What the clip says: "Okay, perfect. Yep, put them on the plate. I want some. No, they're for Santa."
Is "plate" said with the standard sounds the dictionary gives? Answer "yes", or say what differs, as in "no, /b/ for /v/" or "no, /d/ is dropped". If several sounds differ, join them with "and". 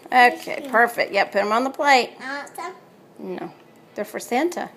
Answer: no, /t/ is dropped